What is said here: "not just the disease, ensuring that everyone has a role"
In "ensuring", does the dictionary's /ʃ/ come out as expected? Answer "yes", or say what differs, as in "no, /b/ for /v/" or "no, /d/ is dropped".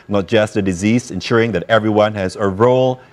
yes